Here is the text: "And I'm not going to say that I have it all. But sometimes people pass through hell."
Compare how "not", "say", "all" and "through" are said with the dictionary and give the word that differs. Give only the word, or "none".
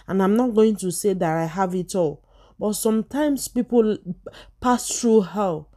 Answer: through